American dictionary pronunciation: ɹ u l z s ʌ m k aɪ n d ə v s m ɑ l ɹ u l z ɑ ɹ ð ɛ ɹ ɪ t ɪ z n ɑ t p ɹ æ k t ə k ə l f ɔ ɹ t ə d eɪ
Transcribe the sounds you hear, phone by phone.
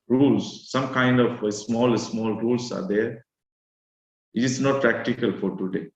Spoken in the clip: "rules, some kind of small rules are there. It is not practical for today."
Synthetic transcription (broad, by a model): ɹ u l s ʌ m k aɪ n d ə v s m ɑ l ɹ u l s ɑ ɹ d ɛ ɹ ɪ t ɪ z n ɑ t p ɹ æ k t ə k ə l f ɔ ɹ t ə d eɪ